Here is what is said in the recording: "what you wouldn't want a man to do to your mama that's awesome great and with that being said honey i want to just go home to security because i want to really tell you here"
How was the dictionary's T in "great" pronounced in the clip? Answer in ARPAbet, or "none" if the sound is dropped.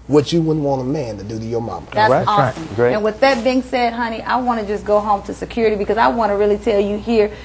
none